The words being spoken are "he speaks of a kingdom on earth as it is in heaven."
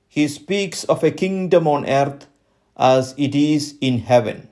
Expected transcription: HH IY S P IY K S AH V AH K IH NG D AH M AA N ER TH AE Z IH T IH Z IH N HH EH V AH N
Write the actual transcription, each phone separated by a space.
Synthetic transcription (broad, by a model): HH IY S P IY K S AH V AH K IH NG D AH M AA N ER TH AE Z IH T IH Z IH N HH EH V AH N